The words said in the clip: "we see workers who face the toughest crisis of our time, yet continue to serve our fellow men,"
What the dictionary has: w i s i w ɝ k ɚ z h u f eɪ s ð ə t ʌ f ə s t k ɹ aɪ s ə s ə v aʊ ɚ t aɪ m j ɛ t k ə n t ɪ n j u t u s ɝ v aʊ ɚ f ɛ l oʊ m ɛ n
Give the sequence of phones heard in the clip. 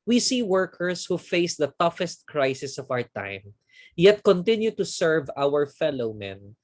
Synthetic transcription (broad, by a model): w i s i w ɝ k ɚ s h u f eɪ s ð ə t ʌ f ə s t k ɹ aɪ s ə s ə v aʊ ɚ t aɪ m j ɛ t k ə n t ɪ n j u t u s ɝ v aʊ ɚ f ɛ l oʊ m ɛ n